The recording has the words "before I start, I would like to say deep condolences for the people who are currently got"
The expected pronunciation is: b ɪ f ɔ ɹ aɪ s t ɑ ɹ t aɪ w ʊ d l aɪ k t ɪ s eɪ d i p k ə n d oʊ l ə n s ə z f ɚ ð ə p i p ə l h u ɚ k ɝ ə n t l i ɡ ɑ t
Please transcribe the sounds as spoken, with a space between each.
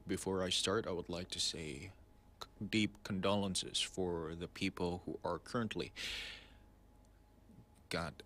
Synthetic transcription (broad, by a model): b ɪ f ɔ ɹ aɪ s t ɑ ɹ t aɪ w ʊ d l aɪ k t ɪ s eɪ d i p k ə n d oʊ l ə n s ə z f ɚ ð ə p i p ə l h u ɚ k ɝ ə n t l i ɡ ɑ t